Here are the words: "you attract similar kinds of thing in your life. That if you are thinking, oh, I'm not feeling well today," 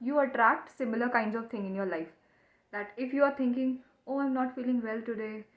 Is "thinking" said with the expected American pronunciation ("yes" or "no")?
no